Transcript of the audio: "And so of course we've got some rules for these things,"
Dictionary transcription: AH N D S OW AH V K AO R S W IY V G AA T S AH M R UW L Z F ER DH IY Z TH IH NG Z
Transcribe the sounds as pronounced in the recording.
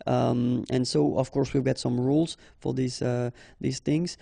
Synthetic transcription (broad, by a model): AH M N S OW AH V K AO R S W IY V G AA T S AH M R UW L Z F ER DH IY Z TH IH NG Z